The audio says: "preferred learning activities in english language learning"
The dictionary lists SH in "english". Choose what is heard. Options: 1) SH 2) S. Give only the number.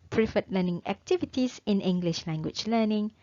1